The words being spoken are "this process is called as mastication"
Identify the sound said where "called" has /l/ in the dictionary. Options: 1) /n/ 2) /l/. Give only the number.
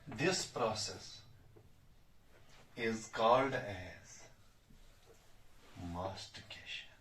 2